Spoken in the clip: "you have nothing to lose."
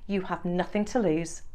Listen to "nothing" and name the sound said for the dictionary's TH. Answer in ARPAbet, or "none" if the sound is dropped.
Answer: TH